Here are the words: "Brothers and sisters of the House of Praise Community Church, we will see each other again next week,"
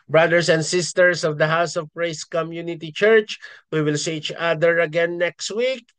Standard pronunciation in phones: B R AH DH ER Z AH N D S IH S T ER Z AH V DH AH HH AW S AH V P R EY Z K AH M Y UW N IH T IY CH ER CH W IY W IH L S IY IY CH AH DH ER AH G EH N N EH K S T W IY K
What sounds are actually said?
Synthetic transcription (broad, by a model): B R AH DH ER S AH N D S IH S T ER S AH V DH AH HH AW S AH V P R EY S K AH M Y UW N IH T IY CH ER CH W IY W IH L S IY IY CH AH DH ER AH G EH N N EH K S T W IY K